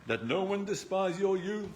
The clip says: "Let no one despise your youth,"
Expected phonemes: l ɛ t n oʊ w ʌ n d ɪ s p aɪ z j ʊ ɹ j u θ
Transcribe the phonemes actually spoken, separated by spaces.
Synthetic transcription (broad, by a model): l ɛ t n oʊ w ʌ n d ɪ s p aɪ z j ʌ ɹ j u